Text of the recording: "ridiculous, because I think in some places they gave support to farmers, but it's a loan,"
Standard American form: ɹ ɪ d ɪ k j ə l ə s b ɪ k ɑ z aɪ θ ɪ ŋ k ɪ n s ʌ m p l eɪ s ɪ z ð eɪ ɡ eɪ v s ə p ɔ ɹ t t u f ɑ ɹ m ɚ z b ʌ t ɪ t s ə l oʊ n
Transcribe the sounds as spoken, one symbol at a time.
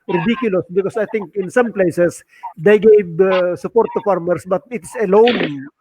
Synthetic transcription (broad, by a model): ɹ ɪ d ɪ k j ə l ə s b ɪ k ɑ s aɪ t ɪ ŋ k ɪ n s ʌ m p l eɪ s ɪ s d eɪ ɡ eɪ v s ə p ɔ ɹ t t u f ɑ ɹ m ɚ s b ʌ t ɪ t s ə l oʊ n